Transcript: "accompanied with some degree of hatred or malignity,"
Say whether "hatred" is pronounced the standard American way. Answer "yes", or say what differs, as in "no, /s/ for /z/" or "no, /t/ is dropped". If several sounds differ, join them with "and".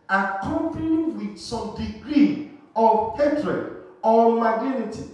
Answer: yes